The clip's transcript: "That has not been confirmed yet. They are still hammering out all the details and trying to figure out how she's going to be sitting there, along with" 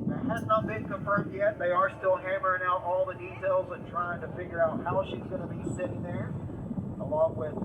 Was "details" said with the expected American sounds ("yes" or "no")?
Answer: yes